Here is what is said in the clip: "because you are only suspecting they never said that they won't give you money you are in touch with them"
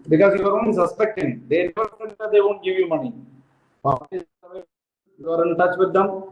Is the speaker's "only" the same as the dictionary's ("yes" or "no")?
no